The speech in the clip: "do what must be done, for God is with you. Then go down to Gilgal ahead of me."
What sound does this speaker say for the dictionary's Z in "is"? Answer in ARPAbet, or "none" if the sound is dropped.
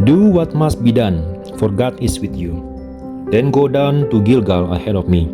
S